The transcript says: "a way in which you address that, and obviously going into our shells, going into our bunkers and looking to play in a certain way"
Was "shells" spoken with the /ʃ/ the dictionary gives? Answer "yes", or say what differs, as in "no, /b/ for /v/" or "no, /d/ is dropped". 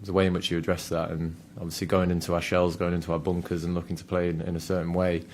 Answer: yes